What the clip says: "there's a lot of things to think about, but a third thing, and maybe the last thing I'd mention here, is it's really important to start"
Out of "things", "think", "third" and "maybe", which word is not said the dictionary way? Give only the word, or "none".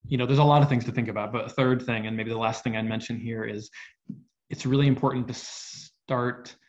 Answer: none